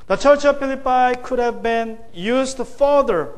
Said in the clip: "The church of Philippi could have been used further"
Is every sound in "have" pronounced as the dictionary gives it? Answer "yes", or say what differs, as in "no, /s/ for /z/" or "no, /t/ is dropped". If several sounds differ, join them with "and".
yes